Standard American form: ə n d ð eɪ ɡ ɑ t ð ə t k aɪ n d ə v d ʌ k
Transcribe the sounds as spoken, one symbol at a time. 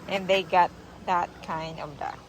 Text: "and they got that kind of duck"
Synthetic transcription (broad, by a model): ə n ð eɪ ɡ ɑ t ð ə t k aɪ n d ə v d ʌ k